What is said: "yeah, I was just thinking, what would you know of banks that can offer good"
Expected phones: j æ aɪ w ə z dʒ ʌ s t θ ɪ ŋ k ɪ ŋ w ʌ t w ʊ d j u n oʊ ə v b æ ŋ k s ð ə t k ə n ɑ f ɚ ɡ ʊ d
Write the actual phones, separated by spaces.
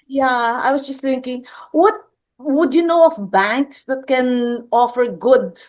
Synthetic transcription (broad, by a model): j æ aɪ w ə s dʒ ʌ s t θ ɪ ŋ k ɪ ŋ w ʌ t w ʊ d j u n oʊ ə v b æ ŋ k s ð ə t k ə n ɑ f ɚ ɡ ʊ d